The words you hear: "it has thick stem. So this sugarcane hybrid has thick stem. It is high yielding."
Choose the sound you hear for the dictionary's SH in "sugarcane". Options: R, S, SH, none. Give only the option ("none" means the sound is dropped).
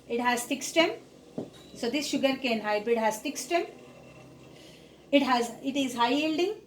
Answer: SH